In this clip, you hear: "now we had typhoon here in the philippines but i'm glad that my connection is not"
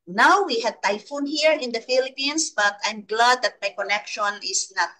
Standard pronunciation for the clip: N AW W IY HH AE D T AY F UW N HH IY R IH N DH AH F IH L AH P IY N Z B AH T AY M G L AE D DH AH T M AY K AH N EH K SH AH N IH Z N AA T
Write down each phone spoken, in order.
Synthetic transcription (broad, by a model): N AW W IY HH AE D T AY F UW N HH IY R IH N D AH F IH L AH P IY N S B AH T AY M G L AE D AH T M AY K AH N EH K SH AH N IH S N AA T